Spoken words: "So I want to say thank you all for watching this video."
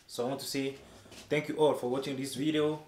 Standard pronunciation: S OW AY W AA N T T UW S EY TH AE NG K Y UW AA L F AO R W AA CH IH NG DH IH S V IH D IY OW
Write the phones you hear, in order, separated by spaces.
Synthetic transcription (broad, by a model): S OW AY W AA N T T UW S EY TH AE NG K Y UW AA L F AO R W AA CH IH NG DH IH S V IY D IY OW